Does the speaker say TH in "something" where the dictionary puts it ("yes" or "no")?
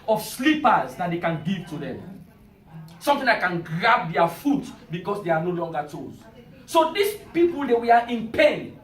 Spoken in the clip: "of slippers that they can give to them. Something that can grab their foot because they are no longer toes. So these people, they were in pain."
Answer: no